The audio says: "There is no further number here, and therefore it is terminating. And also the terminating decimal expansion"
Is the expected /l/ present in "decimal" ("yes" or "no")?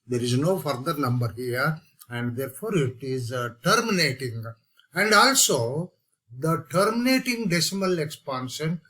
yes